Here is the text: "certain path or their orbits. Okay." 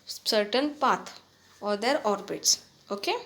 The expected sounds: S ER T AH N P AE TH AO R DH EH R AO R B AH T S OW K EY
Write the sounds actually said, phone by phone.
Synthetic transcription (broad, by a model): S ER T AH N P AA T AO R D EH R AO R B AH T S OW K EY